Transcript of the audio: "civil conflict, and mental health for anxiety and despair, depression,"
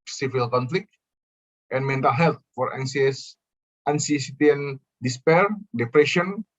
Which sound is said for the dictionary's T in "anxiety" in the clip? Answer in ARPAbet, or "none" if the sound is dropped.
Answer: S